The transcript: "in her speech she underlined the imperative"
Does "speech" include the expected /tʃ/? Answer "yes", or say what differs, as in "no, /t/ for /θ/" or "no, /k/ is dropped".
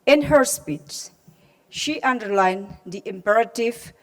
no, /s/ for /tʃ/